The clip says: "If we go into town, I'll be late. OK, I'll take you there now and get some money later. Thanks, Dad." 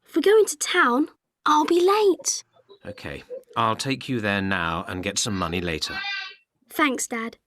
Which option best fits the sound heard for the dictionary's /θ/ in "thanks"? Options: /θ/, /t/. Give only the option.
/θ/